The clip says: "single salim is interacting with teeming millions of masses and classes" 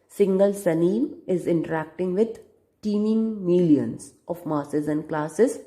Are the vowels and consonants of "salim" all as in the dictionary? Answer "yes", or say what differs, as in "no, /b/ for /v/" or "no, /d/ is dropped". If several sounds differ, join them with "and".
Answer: no, /n/ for /l/